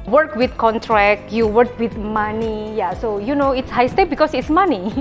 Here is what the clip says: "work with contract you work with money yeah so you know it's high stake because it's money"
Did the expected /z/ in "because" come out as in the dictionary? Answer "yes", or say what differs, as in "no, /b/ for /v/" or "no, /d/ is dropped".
no, /s/ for /z/